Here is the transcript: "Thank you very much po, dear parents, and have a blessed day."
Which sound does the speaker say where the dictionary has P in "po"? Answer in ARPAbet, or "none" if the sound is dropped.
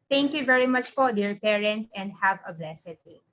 F